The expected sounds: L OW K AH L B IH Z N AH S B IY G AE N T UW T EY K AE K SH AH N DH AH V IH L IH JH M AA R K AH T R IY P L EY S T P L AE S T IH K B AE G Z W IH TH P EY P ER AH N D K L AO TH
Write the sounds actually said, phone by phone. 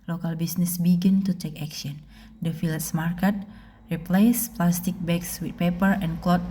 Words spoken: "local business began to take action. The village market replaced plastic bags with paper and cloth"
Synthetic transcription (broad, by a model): L OW K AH L B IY S N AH S B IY G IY N T UW T EY K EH K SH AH N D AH F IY L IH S M AA R K AH T R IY P L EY S P L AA S T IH K B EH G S W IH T P EY P ER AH N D K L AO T